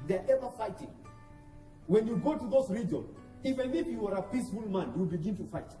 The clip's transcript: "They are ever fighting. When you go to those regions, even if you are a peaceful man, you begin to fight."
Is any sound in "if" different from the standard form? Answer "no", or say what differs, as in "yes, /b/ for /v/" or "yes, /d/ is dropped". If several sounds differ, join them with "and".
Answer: yes, /p/ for /f/